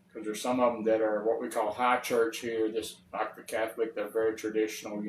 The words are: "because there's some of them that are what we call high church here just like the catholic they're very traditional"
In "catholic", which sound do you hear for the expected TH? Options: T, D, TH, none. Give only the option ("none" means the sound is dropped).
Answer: TH